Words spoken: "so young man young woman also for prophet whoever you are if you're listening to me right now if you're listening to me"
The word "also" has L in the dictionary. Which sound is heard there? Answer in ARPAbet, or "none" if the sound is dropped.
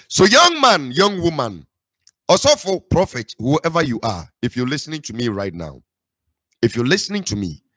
none